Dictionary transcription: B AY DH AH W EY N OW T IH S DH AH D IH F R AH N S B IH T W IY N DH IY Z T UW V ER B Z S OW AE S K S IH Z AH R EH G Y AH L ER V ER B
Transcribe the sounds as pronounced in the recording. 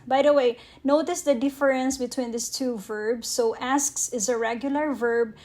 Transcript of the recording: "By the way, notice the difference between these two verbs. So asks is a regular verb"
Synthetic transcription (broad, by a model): B AY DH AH W EY N OW T IH S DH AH D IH F R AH N S B IH T W IY N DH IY S T UW V ER B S OW AE S K S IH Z AH R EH G Y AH L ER V ER B